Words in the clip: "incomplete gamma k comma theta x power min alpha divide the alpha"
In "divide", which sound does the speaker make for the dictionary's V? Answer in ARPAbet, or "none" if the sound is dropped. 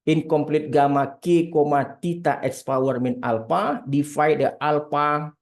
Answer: F